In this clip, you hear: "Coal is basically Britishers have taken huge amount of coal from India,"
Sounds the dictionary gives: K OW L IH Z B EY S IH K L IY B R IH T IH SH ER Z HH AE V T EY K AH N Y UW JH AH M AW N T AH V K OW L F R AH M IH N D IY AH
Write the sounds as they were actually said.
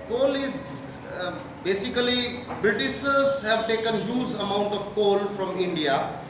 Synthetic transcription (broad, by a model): K OW L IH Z B EY S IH K L IY B R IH T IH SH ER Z HH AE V T EY K AH N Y UW Z AH M AW N T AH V K OW L F R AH M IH N D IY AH